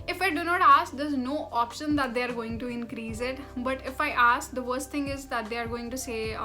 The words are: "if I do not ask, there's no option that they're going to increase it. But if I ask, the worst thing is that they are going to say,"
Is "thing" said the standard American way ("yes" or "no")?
no